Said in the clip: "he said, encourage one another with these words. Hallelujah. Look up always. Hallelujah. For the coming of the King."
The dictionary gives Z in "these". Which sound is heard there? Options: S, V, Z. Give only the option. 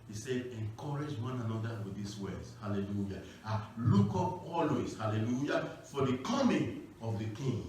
S